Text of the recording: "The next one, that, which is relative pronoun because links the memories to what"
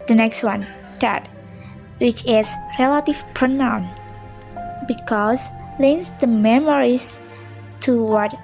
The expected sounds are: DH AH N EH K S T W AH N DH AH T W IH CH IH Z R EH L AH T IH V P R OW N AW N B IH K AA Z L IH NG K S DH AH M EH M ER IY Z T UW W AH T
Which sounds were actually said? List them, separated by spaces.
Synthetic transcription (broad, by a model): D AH N EH K S T W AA N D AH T W IH CH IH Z R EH L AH T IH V P R OW N AW N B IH K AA S L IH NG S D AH M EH M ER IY S T UW W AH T